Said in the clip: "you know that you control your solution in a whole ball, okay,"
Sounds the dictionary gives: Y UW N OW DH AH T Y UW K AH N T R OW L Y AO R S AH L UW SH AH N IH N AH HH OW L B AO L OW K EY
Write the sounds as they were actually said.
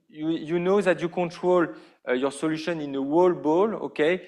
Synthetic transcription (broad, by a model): Y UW N OW DH AH T Y UW K AH N T R OW L Y AO R S AH L UW SH AH N IH N AH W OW L B AO L OW K EY